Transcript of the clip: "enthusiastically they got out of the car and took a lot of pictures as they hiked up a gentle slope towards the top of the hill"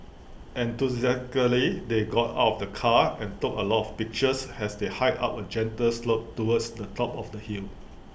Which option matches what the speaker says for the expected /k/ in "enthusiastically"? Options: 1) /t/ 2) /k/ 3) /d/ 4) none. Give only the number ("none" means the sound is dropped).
4